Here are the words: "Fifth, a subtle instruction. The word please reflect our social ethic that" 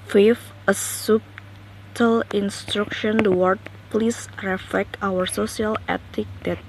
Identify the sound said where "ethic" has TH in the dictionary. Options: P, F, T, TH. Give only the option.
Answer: T